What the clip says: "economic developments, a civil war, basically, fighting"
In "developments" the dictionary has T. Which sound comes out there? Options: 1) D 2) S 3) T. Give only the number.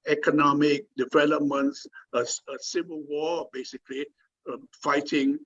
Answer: 2